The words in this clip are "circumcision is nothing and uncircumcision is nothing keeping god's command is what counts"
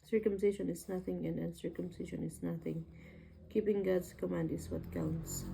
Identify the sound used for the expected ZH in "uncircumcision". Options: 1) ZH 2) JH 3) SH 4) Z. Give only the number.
3